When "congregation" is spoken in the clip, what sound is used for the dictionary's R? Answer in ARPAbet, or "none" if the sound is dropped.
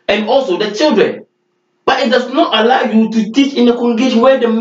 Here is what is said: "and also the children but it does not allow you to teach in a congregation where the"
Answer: none